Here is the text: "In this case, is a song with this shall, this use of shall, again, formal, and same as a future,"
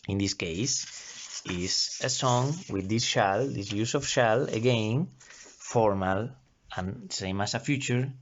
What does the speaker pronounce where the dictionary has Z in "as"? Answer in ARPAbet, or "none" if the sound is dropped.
S